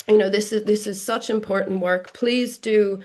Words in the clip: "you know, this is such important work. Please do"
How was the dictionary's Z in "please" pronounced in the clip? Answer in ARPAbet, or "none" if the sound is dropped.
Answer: Z